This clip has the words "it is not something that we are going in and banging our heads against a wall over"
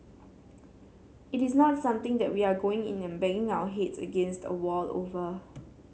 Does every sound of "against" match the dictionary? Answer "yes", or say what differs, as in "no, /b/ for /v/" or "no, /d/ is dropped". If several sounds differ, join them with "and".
yes